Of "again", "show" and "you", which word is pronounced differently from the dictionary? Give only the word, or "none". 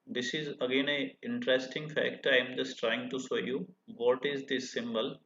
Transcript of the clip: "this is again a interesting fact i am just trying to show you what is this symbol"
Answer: show